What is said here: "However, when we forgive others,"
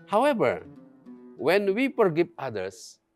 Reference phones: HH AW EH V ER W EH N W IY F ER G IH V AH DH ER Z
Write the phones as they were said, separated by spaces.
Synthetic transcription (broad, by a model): HH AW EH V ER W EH N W IY P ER G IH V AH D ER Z